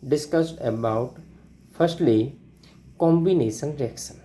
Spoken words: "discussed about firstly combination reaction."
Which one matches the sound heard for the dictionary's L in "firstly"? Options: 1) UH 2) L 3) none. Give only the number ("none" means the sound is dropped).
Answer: 2